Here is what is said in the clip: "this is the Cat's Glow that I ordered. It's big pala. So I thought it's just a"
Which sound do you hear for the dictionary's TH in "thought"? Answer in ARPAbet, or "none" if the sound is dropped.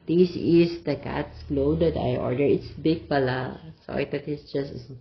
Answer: T